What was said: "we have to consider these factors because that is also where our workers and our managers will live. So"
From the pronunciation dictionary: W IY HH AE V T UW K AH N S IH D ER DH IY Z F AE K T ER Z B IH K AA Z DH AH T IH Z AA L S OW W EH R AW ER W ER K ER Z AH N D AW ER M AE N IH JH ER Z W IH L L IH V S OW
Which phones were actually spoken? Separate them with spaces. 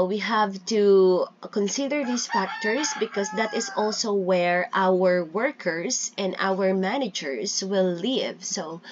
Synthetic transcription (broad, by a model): W IY HH AE V T UW K AH N S IH D ER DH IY S F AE K T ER S B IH K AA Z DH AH T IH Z AA L S OW W EH R AW ER W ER K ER S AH N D AW ER M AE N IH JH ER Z W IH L L IH V S OW